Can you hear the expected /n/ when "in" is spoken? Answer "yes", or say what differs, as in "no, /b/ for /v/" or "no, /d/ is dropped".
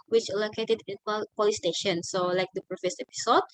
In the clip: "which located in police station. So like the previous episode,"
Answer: no, /l/ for /n/